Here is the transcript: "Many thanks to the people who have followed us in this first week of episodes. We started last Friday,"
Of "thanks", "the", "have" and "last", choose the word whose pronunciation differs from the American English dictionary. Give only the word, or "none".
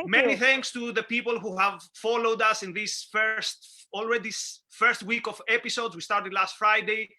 none